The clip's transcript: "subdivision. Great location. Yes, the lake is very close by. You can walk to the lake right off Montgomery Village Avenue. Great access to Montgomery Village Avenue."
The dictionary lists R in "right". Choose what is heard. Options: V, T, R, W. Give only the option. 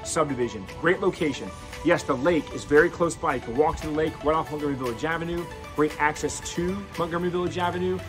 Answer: W